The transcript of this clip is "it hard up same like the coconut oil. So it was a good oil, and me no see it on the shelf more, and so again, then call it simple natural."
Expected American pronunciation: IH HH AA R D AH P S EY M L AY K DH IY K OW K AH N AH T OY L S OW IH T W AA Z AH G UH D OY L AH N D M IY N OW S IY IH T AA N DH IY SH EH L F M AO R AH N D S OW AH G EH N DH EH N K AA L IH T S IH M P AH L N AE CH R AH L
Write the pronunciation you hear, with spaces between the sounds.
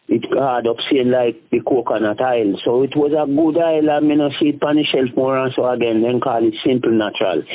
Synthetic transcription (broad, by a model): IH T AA D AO P S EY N L AY K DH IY K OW K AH N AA T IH L S OW IH T W AA Z AH G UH D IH L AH M IY N OW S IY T AA N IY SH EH L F M AO R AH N S OW AH G EH N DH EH N K AA L IH T S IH M P L N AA CH R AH L